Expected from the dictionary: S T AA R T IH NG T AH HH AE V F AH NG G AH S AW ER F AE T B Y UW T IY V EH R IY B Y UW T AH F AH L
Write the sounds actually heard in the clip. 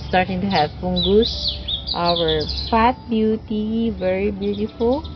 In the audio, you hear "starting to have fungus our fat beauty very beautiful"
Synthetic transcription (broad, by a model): S T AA R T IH NG T AH HH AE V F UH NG G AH S AW ER F AE T B Y UW T IY V EH R IY B Y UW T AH F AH L